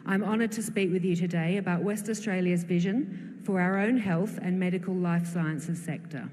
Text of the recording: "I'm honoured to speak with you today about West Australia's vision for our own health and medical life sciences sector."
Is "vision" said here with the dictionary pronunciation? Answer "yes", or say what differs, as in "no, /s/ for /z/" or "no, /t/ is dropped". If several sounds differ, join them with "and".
yes